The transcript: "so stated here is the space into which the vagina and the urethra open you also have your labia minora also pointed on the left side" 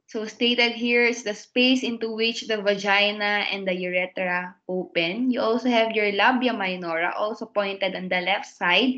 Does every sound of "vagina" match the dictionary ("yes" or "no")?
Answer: yes